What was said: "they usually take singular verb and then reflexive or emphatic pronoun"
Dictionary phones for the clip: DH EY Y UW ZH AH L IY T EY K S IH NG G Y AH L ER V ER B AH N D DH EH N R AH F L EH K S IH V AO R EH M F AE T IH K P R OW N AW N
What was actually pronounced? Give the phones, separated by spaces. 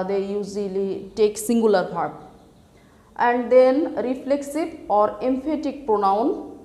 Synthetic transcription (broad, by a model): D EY Y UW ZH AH L IY T EY K S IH NG G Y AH L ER P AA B AH N D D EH N R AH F L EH K S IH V AO R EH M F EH T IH K P R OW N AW N